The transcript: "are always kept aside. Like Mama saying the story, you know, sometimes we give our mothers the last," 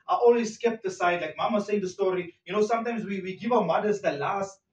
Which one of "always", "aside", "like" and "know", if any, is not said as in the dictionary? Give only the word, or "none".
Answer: always